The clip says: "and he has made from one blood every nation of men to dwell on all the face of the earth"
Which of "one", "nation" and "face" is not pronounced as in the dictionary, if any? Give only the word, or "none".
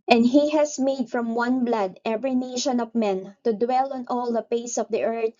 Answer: face